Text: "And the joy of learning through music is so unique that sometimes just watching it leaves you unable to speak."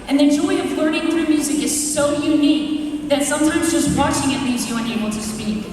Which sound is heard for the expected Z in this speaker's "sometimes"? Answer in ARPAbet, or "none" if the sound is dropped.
Z